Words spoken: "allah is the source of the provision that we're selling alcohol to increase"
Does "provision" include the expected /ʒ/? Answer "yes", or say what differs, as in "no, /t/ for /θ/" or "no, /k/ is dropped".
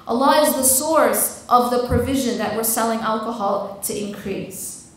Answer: yes